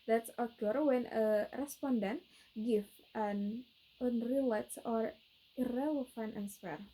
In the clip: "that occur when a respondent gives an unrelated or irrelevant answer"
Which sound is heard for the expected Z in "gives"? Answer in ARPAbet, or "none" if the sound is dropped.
none